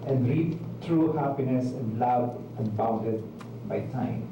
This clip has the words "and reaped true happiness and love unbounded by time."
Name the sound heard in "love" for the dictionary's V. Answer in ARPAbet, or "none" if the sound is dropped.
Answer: B